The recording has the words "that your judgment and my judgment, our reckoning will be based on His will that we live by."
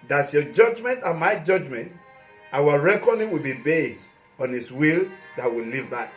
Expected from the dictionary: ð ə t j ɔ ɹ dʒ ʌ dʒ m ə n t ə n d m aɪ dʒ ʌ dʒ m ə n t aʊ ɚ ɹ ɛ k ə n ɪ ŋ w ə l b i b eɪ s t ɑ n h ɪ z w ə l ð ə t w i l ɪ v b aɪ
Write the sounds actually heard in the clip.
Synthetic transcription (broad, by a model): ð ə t j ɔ dʒ ʌ dʒ m ə n t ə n m aɪ dʒ ʌ dʒ m ə n t aʊ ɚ ɹ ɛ k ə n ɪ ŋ w ə l b i b eɪ s t ɑ n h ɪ s w ə l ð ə t w i l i v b aɪ